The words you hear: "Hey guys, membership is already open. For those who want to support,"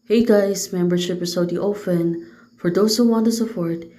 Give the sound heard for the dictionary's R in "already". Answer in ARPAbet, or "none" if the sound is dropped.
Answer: none